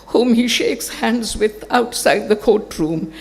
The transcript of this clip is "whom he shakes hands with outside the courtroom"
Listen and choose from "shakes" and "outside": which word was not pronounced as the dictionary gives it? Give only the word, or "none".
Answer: none